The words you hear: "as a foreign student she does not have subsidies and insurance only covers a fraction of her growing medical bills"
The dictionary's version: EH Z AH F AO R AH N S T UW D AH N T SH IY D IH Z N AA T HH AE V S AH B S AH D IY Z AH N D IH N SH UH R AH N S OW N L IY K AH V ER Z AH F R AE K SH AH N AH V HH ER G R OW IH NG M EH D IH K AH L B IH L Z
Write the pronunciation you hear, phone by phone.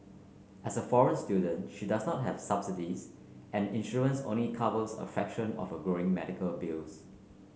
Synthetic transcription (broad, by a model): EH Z AH F AO R AH N S T UW D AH N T SH IY D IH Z N AA T HH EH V S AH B S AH D IY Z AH N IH N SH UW AH N S OW N L IY K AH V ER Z AH F EH K SH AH N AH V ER G R OW IH NG M EH D IH K AH L B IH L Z